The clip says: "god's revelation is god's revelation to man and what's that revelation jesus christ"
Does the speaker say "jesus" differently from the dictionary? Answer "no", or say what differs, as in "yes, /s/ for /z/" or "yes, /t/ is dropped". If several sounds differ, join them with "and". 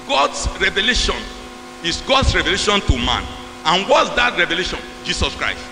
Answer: yes, /s/ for /z/